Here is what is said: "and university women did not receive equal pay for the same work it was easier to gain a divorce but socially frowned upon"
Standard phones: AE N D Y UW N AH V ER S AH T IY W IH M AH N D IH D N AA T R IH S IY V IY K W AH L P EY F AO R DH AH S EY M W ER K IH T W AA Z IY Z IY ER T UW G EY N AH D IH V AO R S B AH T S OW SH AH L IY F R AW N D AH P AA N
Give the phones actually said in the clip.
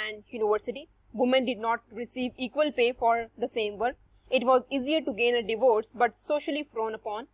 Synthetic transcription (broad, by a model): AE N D Y UW N AH V ER S AH T IY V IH M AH N D IH D N AA T R IH S IY V IY K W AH L P EY F AO R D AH S EY M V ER K IH T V AA Z IY Z IY ER T UW G EY N AH D IH V AO R S B AH T S OW SH AH L IY F R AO N AH P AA N